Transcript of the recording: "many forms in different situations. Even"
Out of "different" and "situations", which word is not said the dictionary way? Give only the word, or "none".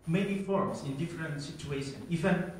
situations